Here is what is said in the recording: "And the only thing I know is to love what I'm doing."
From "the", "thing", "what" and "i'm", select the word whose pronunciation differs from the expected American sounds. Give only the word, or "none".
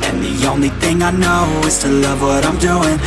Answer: none